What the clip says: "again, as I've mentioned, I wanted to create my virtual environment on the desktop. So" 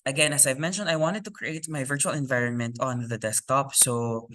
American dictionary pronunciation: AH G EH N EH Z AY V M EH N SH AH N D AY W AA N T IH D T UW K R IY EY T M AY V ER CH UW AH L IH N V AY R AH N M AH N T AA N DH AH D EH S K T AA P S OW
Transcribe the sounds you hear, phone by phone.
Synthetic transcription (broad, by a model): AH G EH N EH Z AY V M EH N SH AH N D AY W AA N T IH D T UW K R IY EY T M AY V ER CH UW AH L IH N V AY R AH N M AH N T AA N DH AH D EH S K T AA P S OW